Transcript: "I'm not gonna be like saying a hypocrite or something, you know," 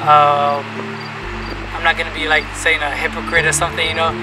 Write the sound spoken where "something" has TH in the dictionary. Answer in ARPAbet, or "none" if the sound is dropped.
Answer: TH